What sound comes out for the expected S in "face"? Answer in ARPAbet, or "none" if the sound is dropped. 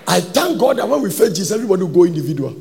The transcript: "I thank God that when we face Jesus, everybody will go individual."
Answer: none